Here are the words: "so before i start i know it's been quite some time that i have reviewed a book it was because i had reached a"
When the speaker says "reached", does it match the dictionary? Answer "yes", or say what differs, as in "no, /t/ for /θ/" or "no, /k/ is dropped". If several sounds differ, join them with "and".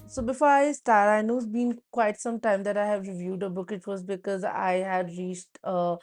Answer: yes